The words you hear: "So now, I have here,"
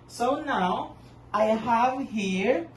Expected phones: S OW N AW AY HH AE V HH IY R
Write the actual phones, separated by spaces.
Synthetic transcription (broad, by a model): S OW N AW AY HH AE V HH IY R